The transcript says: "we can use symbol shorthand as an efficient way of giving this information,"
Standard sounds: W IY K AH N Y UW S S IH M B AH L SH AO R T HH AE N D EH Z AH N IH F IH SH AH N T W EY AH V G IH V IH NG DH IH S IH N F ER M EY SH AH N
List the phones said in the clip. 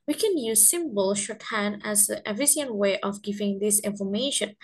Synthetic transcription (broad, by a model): W IY K AH N Y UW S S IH M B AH L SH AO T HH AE N EH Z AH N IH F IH S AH N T W EY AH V G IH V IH NG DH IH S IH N F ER M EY SH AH N